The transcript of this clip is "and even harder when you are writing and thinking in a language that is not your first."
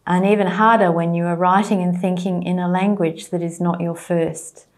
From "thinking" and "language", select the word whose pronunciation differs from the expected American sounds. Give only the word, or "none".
none